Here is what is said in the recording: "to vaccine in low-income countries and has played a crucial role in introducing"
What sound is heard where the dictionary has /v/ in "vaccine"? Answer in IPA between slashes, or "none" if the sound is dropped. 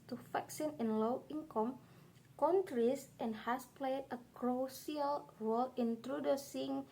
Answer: /f/